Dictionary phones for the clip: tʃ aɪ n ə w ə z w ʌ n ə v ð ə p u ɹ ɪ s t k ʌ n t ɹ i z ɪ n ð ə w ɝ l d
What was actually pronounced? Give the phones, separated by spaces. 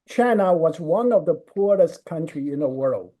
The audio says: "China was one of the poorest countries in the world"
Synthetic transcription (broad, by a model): tʃ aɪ n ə w ə z w ʌ n ə v ð ə p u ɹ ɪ s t k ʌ n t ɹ i ɪ n ð ə w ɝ l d